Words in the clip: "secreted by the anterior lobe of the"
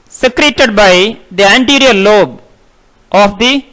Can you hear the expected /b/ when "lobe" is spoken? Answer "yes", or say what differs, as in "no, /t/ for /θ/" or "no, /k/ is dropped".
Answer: yes